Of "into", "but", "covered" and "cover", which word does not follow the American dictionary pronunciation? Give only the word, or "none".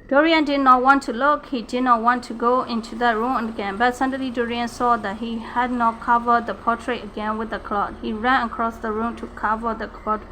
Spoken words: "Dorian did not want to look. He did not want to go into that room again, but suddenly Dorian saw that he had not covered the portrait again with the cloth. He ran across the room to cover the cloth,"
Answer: none